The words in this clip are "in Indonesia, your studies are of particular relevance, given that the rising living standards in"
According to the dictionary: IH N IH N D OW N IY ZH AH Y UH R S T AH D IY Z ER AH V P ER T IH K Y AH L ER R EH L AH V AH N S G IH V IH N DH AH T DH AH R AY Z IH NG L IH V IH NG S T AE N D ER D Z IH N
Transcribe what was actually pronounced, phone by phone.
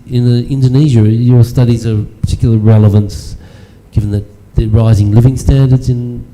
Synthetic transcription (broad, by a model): IH N IH N D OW N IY ZH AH Y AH R S T AH D IY Z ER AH P P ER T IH K Y L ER R EH L AH V AH N S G IH V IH N DH AH T DH AH R AY Z IH NG L IH V IH NG S T AE N D ER D Z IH N